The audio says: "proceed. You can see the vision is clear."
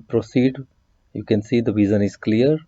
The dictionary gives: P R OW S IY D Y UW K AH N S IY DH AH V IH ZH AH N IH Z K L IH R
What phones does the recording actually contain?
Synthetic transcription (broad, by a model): P R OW S IY D Y UW K AH N S IY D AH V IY Z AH N IH Z K L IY R